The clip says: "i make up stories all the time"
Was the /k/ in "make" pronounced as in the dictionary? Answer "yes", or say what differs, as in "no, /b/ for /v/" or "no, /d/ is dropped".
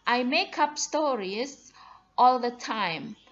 yes